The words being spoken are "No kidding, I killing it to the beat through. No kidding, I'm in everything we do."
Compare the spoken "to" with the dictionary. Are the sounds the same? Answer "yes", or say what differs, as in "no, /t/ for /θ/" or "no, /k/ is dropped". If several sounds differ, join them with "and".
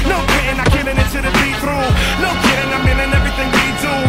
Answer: no, /s/ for /t/